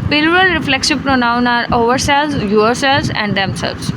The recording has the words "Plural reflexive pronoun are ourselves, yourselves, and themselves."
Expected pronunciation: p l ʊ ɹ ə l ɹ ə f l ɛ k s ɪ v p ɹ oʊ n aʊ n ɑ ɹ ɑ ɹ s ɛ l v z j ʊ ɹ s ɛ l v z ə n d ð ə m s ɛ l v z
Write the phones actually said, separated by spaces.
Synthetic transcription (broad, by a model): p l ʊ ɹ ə l ɹ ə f l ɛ k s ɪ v p ɹ oʊ n aʊ n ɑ ɹ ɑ ɹ s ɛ l z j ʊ ɹ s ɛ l z ə n d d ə m s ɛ l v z